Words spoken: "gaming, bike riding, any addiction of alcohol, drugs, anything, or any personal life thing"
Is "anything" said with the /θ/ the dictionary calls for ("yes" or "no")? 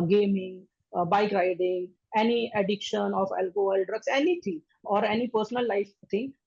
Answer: no